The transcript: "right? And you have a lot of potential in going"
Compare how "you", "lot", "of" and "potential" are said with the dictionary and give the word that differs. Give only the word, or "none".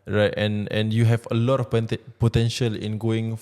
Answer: of